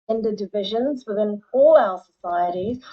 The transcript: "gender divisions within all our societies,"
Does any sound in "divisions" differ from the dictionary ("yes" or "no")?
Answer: no